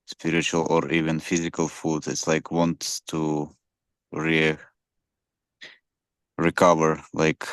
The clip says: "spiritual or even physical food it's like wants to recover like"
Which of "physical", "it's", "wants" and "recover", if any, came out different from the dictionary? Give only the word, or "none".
none